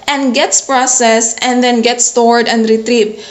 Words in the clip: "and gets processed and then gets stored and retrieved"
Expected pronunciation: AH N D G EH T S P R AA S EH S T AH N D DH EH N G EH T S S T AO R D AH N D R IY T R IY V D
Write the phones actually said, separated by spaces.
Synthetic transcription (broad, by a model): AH N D G EH T S P R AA S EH S AH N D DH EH N G EH T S S T AO R D AH N D R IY T R IY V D